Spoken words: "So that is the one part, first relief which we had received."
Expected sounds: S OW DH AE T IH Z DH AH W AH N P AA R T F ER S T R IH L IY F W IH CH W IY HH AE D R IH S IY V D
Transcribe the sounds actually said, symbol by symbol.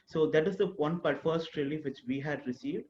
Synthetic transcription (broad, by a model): S OW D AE T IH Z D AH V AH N B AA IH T F ER S T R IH L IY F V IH CH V IY HH AE D R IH S IY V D